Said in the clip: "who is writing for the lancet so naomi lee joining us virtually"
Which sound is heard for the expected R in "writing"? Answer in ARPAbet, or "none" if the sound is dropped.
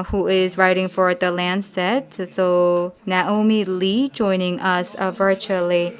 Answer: R